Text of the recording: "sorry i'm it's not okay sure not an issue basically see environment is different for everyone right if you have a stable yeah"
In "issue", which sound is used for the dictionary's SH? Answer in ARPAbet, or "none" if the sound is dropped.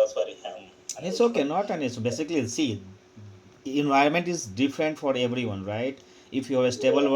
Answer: S